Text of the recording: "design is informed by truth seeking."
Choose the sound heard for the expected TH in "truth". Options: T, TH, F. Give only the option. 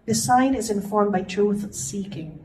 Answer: TH